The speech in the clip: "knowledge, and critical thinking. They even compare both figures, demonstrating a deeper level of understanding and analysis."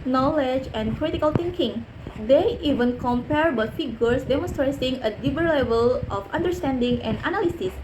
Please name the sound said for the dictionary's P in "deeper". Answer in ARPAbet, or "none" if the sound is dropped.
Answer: B